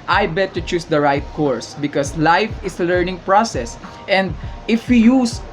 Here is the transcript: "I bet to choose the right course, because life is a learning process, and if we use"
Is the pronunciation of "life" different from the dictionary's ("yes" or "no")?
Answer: no